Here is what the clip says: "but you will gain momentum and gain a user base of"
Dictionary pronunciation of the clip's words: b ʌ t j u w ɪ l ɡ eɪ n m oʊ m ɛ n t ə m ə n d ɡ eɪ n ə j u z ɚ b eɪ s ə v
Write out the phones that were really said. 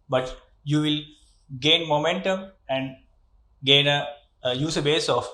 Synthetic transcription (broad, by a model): b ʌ t j u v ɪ l ɡ eɪ n m oʊ m ɛ n t ə m ə n d ɡ eɪ n ə j u s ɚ b eɪ s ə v